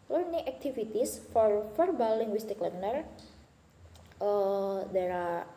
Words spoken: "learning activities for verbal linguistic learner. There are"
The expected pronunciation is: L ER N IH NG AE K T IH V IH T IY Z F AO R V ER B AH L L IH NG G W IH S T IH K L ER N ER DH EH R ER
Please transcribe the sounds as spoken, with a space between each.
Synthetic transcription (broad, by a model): L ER N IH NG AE K T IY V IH T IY S F AO R F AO B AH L L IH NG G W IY S T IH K L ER N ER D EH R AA